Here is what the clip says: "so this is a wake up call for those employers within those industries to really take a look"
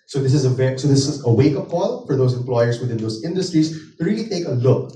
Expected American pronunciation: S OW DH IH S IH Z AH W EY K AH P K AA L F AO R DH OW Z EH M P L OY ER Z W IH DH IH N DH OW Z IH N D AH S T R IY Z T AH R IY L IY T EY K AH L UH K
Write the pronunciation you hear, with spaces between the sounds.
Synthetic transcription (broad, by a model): S OW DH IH S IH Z AH W EY K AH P K AA L F AO R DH OW S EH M P L OY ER S W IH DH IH N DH OW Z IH N D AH S T R IY S T AH R IY L IY T EY K AH L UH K